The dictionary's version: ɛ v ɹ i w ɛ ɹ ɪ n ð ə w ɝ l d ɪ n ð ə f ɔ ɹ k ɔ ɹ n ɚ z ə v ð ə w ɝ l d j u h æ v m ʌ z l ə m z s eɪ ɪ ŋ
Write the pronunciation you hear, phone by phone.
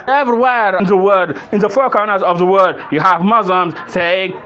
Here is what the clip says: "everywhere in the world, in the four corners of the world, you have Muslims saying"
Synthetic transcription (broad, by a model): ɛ v ɹ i w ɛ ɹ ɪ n ð ə w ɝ d ɪ n ð ə f ɔ ɹ k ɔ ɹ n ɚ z ə v ð ə w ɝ d j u h æ v m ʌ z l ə m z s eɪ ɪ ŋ